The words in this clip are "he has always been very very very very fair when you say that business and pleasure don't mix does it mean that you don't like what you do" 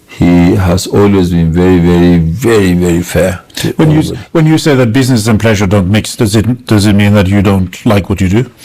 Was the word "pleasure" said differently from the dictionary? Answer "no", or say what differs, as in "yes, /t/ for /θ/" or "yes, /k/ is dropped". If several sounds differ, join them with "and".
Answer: no